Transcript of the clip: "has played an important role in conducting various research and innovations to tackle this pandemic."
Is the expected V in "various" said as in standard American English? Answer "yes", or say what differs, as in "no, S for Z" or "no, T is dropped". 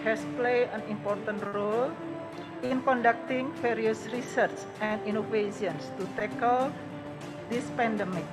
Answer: no, F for V